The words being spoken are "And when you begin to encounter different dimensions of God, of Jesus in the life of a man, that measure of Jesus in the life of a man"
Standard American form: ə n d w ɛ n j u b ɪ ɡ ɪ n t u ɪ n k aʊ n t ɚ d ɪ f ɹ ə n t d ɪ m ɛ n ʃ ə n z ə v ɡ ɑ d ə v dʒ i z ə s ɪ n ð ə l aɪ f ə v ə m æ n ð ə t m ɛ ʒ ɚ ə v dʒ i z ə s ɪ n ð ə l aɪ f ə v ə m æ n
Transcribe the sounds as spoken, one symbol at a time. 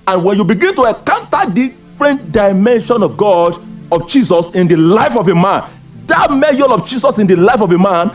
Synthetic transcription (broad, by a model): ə n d w ɛ n j u b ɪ ɡ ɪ n t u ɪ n k aʊ n t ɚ d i f ɹ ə n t d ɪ m ɛ n ʃ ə n ə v ɡ ɑ d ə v dʒ i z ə s ɪ n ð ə l aɪ f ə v ə m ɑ n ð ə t m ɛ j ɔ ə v dʒ i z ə s ɪ n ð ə l aɪ f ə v ə m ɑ n